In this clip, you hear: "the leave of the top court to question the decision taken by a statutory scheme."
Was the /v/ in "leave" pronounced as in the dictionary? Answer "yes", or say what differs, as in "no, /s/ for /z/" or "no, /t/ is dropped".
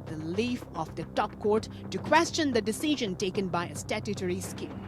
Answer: no, /f/ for /v/